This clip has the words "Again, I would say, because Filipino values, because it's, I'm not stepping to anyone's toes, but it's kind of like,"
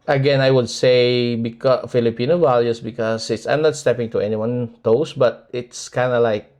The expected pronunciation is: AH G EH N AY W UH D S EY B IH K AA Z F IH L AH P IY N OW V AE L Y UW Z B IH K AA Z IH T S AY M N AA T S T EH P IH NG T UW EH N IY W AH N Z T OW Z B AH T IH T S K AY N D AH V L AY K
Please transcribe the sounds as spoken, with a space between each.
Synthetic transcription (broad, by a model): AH G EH N AY W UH D S EY B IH K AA F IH L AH P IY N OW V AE L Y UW S B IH K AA S IH T S AY M N AA T S T EH P IH NG T UW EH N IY W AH N T OW S B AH T IH T S K AY N D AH L AY K